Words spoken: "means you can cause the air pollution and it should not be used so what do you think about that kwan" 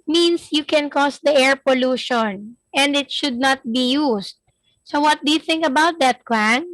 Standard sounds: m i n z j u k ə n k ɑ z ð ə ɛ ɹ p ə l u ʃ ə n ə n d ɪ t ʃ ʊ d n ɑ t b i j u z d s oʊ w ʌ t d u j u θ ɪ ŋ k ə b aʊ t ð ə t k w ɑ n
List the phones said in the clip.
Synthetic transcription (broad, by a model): m i n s j u k ə n k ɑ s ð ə ɛ ɹ p ə l u ʃ ə n ə n d ɪ t ʃ ʊ d n ɑ t b i j u s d s oʊ w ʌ t d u j u θ ɪ ŋ k ə b aʊ t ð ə t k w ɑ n